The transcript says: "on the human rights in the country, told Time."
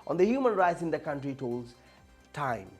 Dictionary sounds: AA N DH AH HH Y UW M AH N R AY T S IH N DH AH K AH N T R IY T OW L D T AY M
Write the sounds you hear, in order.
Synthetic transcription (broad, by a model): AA N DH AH HH Y UW M AH N R AY T S IH N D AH K AH N T R IY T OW L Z T AY M